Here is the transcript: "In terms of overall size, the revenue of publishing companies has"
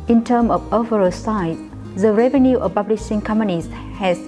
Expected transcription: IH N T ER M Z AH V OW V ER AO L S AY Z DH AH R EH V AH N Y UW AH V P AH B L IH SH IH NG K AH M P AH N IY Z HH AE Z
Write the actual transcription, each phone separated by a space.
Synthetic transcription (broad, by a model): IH N T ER M AH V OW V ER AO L S AY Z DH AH R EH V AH N Y UW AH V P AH B L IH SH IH NG K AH M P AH N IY S HH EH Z